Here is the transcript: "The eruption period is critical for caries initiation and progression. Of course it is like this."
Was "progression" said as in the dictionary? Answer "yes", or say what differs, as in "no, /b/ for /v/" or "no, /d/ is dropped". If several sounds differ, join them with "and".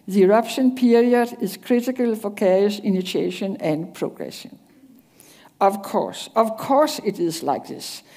no, /s/ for /ʃ/